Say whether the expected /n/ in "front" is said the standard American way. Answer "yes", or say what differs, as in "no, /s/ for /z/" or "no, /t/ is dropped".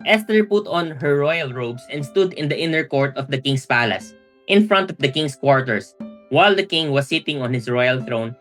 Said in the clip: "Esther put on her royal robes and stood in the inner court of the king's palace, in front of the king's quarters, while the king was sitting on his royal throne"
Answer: yes